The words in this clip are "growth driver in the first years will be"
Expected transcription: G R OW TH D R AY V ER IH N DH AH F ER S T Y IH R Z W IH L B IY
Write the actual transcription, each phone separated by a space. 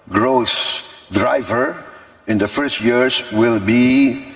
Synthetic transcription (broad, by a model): G R OW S D R AY V ER IH N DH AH F ER S T Y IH R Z W IH L B IY